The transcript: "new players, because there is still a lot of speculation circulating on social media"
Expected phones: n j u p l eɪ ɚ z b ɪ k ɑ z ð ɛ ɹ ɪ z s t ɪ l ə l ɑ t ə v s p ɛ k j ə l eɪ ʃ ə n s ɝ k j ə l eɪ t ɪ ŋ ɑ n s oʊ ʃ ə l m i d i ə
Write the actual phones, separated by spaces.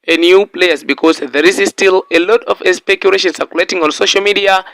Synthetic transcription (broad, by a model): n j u p l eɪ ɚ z b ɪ k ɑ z ð ɛ ɹ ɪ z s t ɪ l ə l ɑ t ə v s p ɛ k j ə l eɪ ʃ ə n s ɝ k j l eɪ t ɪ ŋ ɑ n s oʊ ʃ ə l m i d i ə